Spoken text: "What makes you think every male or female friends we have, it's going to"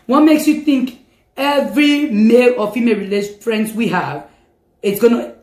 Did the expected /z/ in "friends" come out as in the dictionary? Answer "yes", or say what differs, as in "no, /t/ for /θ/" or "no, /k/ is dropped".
no, /s/ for /z/